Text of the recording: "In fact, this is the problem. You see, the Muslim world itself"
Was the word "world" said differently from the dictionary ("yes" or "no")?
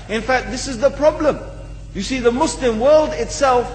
no